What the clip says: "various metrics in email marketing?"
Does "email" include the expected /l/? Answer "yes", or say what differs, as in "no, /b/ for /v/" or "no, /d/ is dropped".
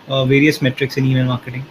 no, /n/ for /l/